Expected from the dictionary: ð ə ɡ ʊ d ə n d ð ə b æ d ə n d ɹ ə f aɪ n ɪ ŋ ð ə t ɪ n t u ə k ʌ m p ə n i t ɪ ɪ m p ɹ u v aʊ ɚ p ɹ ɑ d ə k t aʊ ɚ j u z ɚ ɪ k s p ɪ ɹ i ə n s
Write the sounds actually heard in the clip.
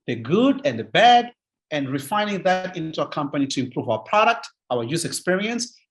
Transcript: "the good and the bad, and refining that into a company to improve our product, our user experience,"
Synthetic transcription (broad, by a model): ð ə ɡ ʊ d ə n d ð ə b æ d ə n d ɹ ə f aɪ n ɪ ŋ ð ə t ɪ n t u ə k ʌ m p ə n i t ɪ ɪ m p ɹ u v aʊ ɚ p ɹ ɑ d ə k t aʊ ɚ j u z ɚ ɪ k s p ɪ ɹ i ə n s